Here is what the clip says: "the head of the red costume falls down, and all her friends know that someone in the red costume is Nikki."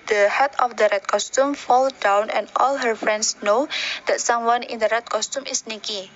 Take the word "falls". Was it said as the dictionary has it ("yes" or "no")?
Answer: no